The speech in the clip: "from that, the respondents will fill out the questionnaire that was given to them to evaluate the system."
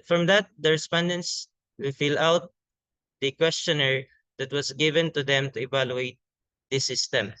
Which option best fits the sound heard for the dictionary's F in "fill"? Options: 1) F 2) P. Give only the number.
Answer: 1